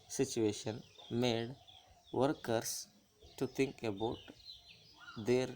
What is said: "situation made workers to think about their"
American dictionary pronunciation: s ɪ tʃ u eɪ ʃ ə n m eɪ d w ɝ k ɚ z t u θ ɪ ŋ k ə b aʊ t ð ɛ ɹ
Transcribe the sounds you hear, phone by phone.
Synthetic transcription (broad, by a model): s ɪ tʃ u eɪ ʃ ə n m eɪ d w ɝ k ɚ s t u t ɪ ŋ k ə b aʊ t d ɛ ɹ